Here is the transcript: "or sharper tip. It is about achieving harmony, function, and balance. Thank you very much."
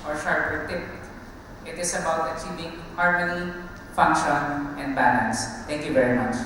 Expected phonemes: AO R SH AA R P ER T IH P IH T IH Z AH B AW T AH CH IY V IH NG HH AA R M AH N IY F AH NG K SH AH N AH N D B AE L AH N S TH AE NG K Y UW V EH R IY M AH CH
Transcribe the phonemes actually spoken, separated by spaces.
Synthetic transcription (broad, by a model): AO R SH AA R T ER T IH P IH T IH S AH B AW T AH CH IY V IH NG HH AA R M AH N IY F AH NG K SH AH N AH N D B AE L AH N S T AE NG K Y UW V EH R IY M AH CH